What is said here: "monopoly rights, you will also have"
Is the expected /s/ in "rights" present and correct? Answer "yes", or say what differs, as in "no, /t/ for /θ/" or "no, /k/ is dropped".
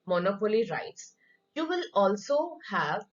yes